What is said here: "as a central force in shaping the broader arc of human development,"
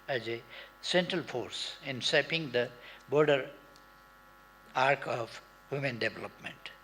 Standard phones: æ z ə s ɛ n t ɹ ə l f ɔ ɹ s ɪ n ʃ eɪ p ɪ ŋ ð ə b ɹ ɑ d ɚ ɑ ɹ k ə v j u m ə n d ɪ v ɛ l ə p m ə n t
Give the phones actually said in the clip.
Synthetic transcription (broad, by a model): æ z ə s ɛ n t ɹ ə l f ɔ ɹ s ɪ n s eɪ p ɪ ŋ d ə b ɹ d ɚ ɑ ɹ k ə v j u m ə n d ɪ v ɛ l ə p m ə n t